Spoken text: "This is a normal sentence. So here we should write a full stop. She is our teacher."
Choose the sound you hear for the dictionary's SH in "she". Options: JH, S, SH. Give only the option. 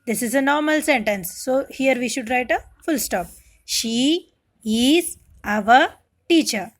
SH